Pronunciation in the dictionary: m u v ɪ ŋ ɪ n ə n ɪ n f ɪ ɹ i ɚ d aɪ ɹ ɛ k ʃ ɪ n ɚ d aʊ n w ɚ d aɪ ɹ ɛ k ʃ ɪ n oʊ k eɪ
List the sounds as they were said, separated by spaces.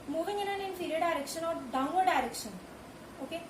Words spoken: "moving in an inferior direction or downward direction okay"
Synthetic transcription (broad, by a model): m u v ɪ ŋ ɪ n ə n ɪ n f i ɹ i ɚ d aɪ ɹ ɛ k ʃ ɪ n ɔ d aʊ w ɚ d aɪ ɹ ɛ k ʃ ɪ n oʊ k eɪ